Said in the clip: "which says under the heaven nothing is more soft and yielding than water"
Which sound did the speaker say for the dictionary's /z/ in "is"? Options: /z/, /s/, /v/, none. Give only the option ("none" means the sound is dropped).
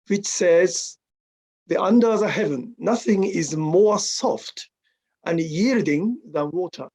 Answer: /z/